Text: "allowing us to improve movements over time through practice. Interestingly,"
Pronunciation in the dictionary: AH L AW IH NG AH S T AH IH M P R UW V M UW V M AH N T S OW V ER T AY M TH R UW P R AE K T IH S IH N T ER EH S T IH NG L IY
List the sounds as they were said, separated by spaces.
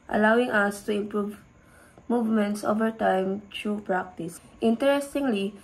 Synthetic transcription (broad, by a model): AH L AW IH NG AH S T AH IH M P R UW V M UW V M AH N T S OW V ER T AY M T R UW P R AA K T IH S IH N T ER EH S T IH NG L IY